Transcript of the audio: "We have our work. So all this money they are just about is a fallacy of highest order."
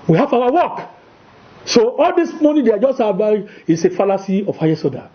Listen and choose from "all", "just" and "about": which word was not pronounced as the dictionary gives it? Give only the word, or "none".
about